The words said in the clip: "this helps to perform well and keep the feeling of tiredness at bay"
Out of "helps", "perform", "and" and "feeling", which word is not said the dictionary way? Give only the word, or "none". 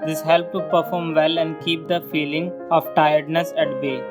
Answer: helps